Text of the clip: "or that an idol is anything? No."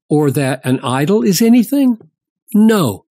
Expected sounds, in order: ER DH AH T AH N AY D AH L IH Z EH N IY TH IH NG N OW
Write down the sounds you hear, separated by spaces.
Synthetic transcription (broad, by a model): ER DH AH T AH N AY D L IH Z EH N IY TH IH NG N OW